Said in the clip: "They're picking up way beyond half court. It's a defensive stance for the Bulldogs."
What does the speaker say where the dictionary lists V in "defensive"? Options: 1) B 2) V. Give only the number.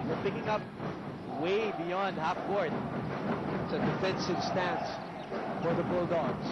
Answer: 1